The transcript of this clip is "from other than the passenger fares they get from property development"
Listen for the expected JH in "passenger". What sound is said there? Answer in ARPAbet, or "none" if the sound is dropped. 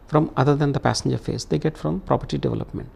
JH